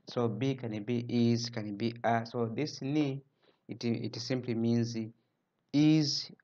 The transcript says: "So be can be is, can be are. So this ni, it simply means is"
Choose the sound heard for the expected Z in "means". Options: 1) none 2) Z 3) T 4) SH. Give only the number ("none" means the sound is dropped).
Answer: 2